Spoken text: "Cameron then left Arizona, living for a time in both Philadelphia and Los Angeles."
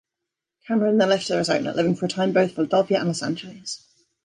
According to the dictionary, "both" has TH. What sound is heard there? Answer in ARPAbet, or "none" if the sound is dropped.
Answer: TH